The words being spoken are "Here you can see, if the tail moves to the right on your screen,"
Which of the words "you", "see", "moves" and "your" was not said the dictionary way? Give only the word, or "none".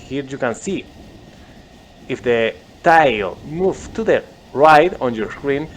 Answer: moves